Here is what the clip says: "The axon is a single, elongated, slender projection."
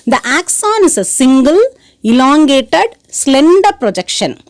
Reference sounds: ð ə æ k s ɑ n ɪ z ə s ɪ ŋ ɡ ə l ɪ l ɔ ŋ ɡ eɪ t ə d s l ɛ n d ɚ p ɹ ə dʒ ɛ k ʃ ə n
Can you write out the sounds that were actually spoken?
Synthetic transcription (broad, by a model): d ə æ k s ɑ n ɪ s ə s ɪ ŋ ɡ ə l ɪ l ɔ ŋ ɡ eɪ t ə d s l ɛ n d ɚ p ɹ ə dʒ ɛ k ʃ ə n